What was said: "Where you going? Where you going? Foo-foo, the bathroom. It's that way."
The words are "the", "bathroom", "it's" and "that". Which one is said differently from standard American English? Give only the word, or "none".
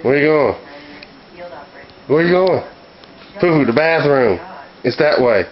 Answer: none